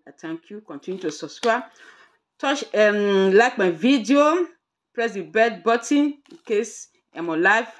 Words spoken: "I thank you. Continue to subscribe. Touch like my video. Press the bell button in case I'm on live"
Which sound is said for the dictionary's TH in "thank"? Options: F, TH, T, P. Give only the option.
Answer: T